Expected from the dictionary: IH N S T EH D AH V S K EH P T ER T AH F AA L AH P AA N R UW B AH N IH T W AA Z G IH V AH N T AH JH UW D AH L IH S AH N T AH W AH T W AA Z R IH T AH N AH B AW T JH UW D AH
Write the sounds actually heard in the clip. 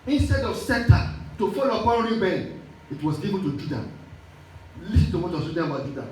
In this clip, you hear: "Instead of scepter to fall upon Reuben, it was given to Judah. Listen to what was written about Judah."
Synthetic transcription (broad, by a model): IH N S T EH D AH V S EH T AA T AH F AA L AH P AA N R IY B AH L IH T W AA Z G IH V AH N T AH JH UW D AH L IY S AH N T AH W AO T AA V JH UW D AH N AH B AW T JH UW D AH